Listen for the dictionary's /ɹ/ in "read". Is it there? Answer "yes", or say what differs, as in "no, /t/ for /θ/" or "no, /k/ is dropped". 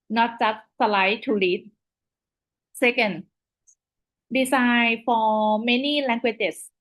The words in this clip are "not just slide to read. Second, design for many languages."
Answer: no, /l/ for /ɹ/